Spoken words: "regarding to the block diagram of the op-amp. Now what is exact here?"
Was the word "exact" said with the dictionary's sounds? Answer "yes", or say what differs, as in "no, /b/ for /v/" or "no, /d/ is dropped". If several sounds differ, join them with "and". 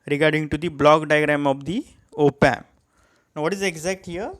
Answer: yes